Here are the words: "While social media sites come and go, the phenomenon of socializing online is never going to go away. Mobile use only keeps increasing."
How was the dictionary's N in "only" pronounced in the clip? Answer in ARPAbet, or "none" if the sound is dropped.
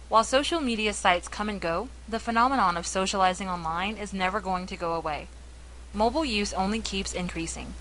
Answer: N